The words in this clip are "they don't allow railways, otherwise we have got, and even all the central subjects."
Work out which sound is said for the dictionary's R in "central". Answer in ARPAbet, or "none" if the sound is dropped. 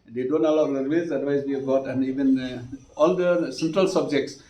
R